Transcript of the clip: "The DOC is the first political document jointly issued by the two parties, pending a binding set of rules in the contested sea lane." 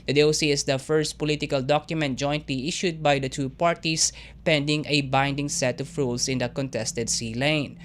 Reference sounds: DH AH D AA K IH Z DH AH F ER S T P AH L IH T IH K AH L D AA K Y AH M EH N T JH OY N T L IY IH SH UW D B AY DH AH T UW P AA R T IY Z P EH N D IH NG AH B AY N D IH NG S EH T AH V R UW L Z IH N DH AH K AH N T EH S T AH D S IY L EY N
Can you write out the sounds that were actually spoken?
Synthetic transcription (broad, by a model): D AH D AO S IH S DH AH F ER S T P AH L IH T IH K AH L D AA K Y AH M EH N T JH OY N T L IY IH SH UW D B AY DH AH T UW P AA R T IY S P EH N D IH NG AH B AY N D IH NG S EH T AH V R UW L S IH N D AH K AH N T EH S T AH D S IY L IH N